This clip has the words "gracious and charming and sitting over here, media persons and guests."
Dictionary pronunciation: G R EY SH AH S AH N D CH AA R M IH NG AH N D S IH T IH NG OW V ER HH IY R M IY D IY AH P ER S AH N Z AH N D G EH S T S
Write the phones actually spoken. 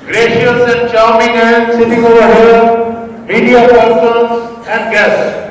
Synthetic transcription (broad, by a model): G R EY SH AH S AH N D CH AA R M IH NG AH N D S IH T IH NG OW V ER HH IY L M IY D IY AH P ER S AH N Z AH N D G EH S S